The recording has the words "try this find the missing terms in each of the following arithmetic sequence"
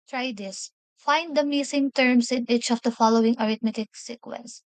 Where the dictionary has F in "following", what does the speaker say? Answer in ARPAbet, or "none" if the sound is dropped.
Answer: F